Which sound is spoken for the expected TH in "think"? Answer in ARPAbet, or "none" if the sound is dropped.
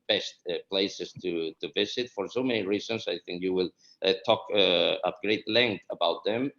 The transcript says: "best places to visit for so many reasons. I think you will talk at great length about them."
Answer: TH